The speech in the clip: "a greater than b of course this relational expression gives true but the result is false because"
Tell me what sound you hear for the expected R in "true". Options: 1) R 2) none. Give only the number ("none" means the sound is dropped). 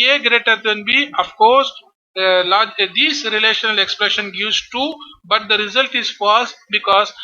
2